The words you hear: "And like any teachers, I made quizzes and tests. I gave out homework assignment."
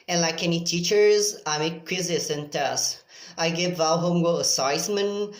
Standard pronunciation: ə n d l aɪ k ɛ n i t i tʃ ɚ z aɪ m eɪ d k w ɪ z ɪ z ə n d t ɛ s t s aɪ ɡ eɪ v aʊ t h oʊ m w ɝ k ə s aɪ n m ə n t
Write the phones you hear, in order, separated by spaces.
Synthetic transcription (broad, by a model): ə n l aɪ k ɛ n i t i tʃ ɚ z aɪ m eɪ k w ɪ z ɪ s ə n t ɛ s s aɪ ɡ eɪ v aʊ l h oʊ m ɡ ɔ ə s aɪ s m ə n